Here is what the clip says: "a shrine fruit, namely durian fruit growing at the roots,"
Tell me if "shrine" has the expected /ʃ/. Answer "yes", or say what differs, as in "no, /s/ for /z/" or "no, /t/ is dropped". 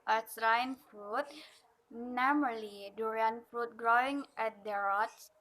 no, /s/ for /ʃ/